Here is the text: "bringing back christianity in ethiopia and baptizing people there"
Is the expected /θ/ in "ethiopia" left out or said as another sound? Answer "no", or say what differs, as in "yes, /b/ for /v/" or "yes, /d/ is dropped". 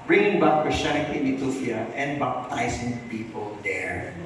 yes, /t/ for /θ/